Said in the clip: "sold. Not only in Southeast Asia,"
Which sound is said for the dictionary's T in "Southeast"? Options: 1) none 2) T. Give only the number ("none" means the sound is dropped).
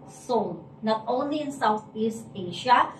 2